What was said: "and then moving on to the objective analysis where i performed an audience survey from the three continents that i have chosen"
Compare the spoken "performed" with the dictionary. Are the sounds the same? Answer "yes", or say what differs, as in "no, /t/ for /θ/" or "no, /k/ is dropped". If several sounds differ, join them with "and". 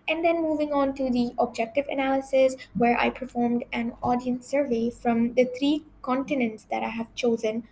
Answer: yes